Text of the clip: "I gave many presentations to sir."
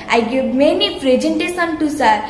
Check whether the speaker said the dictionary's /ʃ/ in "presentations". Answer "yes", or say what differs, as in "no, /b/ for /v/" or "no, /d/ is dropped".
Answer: no, /s/ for /ʃ/